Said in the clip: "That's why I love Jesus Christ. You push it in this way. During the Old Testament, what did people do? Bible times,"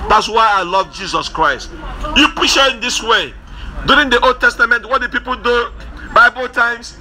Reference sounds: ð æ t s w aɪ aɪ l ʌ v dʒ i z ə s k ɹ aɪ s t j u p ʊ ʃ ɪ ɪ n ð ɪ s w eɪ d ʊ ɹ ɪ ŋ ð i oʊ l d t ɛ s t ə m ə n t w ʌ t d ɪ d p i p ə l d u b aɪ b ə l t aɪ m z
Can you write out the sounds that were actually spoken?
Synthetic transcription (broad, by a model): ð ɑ t s w aɪ aɪ l ʌ v dʒ i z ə s k ɹ aɪ s t j u p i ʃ ɪ ɪ n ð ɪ s w eɪ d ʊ ɹ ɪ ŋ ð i oʊ l d t ɛ s t ə m ə n t w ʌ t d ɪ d p i p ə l d u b aɪ b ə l t aɪ m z